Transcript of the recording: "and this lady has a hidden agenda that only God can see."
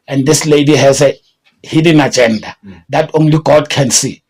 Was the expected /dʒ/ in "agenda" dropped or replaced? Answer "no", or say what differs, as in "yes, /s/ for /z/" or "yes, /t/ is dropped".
no